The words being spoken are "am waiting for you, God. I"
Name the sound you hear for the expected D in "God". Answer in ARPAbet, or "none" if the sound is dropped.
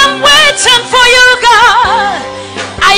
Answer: none